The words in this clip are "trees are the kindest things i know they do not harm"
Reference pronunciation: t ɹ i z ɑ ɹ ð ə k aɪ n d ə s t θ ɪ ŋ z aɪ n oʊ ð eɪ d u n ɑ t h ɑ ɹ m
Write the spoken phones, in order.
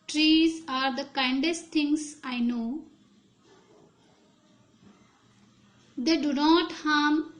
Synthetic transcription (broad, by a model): t ɹ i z ɑ ɹ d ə k aɪ n d ə s t t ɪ ŋ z aɪ n oʊ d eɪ d u n ɑ t h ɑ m